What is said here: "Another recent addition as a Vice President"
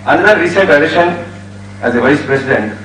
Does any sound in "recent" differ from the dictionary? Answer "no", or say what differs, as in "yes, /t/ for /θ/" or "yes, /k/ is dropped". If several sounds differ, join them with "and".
yes, /n/ is dropped